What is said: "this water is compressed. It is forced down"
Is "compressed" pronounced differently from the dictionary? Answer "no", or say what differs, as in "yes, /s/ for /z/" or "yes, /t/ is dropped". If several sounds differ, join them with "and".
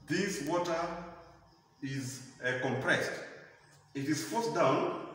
no